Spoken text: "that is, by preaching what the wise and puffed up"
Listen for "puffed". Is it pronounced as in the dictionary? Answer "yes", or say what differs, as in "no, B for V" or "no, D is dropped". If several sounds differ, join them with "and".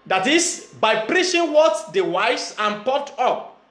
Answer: no, F is dropped